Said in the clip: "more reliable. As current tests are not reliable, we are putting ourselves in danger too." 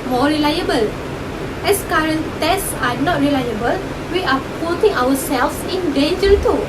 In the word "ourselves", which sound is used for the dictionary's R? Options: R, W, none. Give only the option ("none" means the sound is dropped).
W